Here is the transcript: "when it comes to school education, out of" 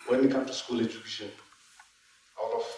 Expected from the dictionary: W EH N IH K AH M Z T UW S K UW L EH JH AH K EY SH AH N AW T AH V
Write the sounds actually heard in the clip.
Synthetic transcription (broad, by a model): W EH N IH K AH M T UW S K UW L EH JH AH K EY SH AH N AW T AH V